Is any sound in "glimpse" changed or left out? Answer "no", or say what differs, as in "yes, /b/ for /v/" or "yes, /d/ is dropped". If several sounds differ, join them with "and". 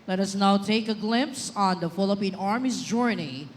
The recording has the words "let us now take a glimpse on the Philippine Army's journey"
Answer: no